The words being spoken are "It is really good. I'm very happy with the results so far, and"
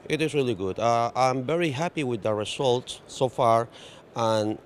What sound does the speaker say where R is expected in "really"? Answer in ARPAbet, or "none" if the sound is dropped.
R